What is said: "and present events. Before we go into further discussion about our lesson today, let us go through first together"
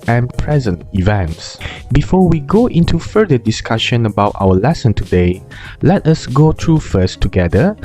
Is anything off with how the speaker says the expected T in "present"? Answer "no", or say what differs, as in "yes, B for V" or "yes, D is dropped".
no